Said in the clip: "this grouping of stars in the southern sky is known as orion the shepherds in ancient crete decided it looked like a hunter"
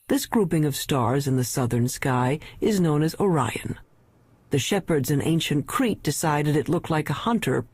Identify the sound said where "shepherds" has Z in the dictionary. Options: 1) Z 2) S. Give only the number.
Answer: 1